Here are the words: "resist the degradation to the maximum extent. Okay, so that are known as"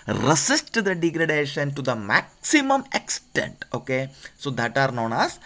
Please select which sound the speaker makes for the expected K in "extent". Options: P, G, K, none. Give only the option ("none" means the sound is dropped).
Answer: K